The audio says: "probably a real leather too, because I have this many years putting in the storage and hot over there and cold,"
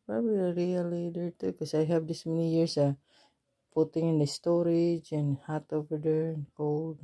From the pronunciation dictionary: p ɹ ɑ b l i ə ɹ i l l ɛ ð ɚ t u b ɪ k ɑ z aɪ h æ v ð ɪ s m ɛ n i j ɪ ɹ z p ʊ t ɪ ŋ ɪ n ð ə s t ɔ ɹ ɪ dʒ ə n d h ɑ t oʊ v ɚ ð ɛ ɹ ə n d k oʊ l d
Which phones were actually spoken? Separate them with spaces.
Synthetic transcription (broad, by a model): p ɹ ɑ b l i ə ɹ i l l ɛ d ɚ t u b k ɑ s aɪ h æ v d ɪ s m ɛ n i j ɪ ɹ s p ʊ t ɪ ŋ ɪ n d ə s t ɔ ɹ ɪ dʒ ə n h ɑ t oʊ v ɚ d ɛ ɹ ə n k oʊ l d